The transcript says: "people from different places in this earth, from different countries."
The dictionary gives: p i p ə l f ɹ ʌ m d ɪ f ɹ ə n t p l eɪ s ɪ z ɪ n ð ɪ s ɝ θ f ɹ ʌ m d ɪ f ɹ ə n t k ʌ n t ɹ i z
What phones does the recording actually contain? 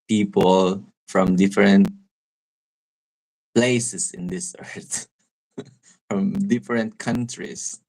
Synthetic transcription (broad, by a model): p i p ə l f ɹ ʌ m d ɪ f ɹ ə n t p l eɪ s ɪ s ɪ n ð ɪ s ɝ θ f ɹ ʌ m d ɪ f ɹ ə n t k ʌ n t ɹ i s